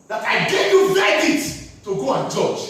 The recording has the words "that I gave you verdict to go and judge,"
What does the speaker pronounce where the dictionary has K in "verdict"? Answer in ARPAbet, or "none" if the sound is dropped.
none